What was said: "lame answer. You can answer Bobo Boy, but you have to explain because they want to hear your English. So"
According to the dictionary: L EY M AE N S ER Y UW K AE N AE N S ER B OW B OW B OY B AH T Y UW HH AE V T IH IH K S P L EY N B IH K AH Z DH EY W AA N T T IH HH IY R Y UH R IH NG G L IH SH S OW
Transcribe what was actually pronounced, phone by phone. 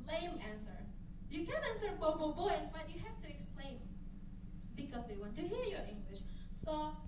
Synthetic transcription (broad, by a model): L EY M AE N S ER Y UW K AE N AE N S ER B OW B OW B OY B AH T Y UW HH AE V T IH IH K S P L EY N B IH K AH Z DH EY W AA N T T IH HH IY R Y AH R IH NG G L IH SH S OW